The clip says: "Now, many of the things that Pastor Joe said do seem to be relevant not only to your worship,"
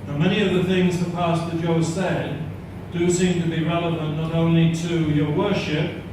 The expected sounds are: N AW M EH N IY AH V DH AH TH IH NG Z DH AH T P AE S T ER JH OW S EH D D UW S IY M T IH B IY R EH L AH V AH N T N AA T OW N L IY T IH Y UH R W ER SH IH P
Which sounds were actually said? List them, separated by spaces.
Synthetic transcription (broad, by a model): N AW M EH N IY AH V DH AH TH IH NG Z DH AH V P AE S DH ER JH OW S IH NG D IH S IY M T IH B IY R EH L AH V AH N N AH T OW N L IY T IH Y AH R W ER SH IH P